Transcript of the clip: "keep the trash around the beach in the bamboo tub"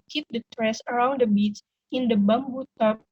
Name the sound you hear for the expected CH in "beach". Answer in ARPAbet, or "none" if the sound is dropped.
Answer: S